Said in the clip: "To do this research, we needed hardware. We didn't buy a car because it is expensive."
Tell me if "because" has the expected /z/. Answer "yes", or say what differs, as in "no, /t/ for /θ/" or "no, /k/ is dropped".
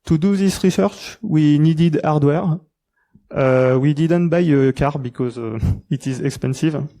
yes